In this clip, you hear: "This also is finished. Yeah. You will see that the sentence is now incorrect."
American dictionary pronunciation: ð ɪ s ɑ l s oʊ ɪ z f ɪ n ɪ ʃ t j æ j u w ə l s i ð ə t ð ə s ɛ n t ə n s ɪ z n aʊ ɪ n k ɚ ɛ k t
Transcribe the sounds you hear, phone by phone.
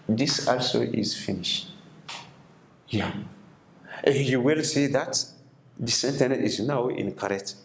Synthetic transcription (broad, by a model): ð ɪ s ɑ l s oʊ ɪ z f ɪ n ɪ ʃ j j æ j u w ə l s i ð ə t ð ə s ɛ n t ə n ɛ ɪ z n aʊ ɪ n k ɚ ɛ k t